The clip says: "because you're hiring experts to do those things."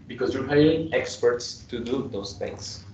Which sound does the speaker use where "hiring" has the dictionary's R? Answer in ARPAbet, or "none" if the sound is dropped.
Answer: none